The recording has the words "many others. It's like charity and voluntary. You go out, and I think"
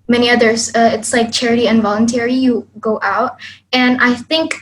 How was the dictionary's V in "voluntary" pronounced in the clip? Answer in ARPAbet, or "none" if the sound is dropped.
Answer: V